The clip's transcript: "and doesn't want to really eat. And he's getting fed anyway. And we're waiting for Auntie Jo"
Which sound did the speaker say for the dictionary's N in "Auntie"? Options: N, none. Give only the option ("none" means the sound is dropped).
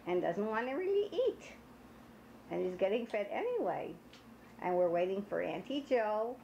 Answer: N